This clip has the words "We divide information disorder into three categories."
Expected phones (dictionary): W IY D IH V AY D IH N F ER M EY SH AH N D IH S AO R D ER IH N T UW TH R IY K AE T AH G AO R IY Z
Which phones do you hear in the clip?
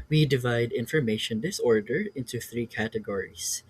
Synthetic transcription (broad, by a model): W IY D IH V AY D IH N F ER M EY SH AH N D IH S AO R D ER IH N T UW TH R IY K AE T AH G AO R IY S